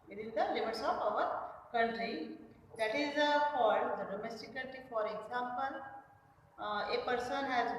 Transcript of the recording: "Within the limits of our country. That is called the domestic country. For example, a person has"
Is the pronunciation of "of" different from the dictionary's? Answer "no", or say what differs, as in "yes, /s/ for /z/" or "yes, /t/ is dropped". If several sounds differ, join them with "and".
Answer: yes, /p/ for /v/